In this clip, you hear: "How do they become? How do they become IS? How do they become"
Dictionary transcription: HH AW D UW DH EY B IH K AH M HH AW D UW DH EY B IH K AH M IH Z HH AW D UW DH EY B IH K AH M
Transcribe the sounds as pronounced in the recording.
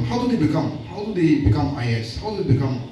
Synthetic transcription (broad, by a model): HH AW D UW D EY B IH K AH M HH AW D UW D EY B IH K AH M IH S HH AW D UW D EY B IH K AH M